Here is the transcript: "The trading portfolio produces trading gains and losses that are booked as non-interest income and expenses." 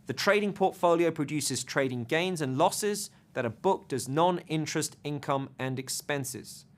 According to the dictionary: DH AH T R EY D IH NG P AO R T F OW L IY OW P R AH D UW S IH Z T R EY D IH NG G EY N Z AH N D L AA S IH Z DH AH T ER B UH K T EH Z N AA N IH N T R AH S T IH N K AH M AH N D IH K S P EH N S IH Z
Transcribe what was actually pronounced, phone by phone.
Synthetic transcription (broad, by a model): DH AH T R EY D IH NG P AO T F OW L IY OW P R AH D UW S IH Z T R EY D IH NG G EY N Z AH N L AA S IH Z DH AH T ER B UH K T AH Z N AA N IH N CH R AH S T IH N K AH M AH N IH K S P EH N S IH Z